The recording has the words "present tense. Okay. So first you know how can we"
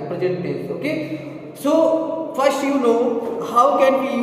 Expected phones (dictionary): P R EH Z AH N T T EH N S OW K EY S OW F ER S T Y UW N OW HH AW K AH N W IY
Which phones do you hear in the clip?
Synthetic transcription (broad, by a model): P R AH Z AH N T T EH S OW K EY S OW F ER S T Y UW N OW HH AW K AH N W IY